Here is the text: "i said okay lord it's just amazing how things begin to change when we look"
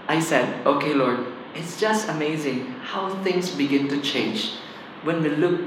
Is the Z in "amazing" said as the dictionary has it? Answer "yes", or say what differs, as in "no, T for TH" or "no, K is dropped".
yes